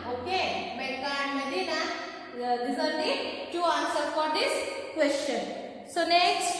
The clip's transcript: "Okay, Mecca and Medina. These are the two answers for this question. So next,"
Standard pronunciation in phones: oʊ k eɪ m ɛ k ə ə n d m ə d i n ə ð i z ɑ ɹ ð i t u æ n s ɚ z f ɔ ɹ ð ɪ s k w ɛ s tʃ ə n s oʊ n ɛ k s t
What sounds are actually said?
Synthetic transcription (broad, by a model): oʊ k eɪ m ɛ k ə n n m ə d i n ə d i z ɑ ɹ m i t u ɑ n s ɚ f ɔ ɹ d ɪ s k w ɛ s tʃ ə n s oʊ n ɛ k s t